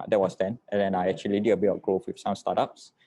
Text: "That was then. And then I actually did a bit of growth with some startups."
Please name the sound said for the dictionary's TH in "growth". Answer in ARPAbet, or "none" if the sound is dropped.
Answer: F